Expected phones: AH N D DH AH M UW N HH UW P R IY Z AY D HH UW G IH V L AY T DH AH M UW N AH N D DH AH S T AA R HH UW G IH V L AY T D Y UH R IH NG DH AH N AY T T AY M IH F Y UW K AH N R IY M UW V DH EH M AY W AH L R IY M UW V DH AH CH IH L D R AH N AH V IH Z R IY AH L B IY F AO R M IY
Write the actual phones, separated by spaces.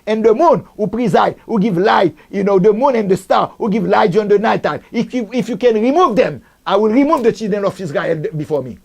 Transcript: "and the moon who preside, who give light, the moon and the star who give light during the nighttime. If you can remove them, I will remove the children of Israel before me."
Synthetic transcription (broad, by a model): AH N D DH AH M UW N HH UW P R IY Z AY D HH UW G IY V L AY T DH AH M UW N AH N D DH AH S T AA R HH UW G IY V L AY T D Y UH IH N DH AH N AY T T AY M IH F Y UW K AH N R IY M UW V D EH M AY W AH L R IY M UW V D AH CH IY L D R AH N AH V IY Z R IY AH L B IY F AO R M IY